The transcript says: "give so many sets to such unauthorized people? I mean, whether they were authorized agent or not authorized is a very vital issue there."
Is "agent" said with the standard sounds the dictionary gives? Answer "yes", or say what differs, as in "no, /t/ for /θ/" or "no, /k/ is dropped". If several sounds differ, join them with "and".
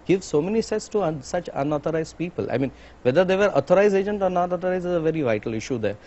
yes